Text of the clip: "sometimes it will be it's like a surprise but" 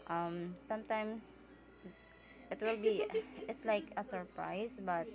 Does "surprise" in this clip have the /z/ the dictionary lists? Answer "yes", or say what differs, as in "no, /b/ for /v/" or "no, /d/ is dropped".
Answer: no, /s/ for /z/